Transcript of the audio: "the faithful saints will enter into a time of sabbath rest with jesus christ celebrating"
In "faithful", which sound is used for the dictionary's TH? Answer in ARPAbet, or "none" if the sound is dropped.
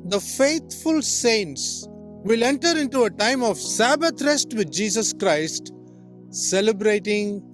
T